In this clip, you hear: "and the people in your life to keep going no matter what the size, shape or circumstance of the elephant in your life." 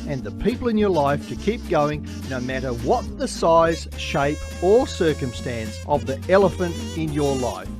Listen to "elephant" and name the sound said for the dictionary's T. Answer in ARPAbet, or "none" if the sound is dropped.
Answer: T